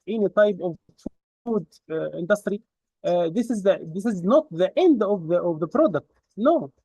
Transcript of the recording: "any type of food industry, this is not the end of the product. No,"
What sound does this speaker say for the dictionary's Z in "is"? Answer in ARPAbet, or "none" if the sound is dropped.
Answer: Z